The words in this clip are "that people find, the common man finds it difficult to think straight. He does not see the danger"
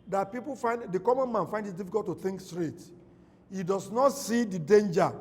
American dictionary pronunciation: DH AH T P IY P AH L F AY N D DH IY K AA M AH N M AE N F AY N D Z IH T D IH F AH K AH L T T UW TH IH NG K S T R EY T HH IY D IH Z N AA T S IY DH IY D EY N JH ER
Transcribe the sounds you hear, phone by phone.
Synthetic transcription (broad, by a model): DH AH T P IY P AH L F AY N D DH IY K AA M AH N M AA N F AY N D IH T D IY F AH K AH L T T UW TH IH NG K S T R EY T HH IY D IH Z N AA T S IY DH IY D EY N JH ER